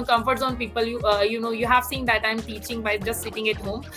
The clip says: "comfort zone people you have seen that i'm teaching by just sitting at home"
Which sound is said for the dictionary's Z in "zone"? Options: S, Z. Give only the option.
S